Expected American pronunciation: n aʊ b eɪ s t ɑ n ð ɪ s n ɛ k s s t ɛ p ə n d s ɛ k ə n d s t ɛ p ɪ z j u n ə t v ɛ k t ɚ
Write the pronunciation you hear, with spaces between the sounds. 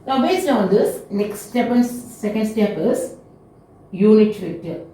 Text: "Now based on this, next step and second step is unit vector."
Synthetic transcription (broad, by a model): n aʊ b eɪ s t ɑ n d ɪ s n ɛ k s s t ɛ p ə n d s ɛ k ə n d s t ɛ p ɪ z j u l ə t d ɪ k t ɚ